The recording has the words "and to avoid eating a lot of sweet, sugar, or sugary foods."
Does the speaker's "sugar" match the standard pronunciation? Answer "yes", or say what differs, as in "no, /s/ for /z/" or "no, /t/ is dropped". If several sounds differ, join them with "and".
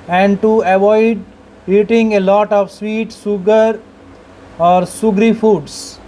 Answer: no, /s/ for /ʃ/